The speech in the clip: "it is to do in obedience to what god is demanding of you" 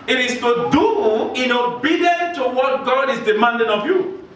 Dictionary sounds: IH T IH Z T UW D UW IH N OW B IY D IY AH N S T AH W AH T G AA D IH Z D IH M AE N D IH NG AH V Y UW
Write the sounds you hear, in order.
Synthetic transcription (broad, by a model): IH T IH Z T UW D UW IH N OW B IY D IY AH N T AH W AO T G AA D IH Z D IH M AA N D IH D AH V Y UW